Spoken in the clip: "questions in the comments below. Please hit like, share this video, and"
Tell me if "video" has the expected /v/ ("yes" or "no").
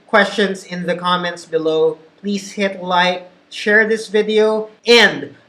yes